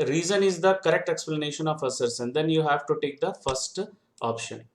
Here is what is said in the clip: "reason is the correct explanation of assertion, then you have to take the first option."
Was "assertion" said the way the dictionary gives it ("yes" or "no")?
no